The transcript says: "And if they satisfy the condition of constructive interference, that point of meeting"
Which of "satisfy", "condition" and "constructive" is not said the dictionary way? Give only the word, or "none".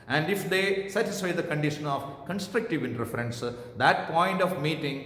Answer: none